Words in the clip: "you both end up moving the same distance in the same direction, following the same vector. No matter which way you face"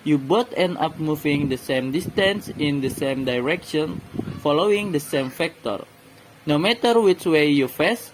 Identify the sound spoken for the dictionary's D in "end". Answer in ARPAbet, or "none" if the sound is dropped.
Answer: none